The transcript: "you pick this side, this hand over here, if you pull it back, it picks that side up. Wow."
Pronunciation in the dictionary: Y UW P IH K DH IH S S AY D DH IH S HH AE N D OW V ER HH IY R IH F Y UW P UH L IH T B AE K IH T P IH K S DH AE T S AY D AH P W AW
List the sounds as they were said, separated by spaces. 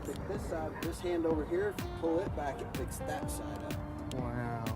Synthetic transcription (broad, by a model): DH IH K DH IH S S AY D DH IH S HH AE N D OW V ER HH IY R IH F P UH L IH T B AE K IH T F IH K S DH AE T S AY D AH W AW